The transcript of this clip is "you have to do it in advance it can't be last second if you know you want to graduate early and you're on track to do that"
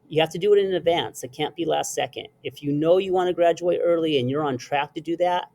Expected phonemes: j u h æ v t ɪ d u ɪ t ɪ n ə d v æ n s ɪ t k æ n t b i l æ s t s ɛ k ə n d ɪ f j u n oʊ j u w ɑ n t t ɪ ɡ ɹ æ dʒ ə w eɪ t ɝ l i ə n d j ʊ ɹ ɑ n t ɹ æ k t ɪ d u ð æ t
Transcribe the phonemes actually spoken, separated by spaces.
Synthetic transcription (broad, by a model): j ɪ h æ f t ɪ d ɪ t ɪ n ə d v æ n s ɪ t k æ n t b i l æ s t s ɛ k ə n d ɪ f j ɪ n oʊ j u w ɑ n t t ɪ ɡ ɹ æ dʒ ə w eɪ t ɝ l i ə n j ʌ ɹ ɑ n t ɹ æ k t ɪ d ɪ ð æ t